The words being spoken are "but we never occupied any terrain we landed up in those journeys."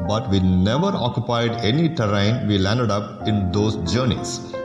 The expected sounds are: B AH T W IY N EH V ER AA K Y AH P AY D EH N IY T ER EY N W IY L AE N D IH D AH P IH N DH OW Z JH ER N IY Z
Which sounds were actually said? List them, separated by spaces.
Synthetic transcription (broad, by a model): B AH T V IY N EH V ER AA K Y AH P AY D EH N IY T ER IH N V IY L AE N D IH D AH P IH N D OW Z JH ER N IY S